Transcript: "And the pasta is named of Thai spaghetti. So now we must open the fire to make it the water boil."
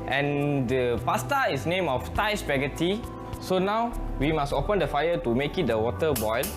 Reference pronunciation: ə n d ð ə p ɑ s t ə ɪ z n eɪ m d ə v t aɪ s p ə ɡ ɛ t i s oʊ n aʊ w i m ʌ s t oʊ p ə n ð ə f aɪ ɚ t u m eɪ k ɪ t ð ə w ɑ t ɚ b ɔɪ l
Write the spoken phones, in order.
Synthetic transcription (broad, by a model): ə n d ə p ɑ s t ə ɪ s n eɪ m ə f t aɪ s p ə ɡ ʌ t i s oʊ n aʊ w i m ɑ s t oʊ p ə n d ə f aɪ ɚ t u m eɪ k ɪ t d ə w ɑ t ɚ b ɔɪ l